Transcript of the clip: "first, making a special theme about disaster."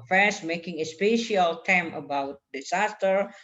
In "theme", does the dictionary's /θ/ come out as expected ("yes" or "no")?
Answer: no